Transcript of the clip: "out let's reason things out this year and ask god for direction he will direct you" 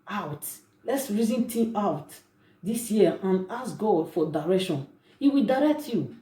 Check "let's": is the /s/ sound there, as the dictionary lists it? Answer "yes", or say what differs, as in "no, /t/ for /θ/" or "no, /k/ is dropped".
yes